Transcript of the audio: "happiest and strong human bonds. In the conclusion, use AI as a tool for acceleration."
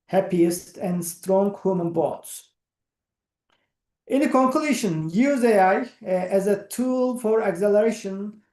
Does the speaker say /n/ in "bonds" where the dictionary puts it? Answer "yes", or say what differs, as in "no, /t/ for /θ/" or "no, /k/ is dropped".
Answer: no, /n/ is dropped